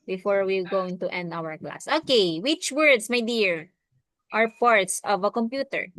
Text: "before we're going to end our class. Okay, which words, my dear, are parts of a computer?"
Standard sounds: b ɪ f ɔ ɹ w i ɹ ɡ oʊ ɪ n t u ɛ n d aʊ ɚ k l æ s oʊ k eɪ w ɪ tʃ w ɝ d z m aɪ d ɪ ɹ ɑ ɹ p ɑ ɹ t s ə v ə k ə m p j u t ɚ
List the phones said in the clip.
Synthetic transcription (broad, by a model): b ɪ f ɔ ɹ w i l ɡ oʊ ɪ n t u ɛ n d aʊ ɚ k l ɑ s oʊ k eɪ w ɪ tʃ w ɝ d s m aɪ d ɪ ɹ ɑ ɹ p ɑ ɹ t s ə v ə k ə m p j u t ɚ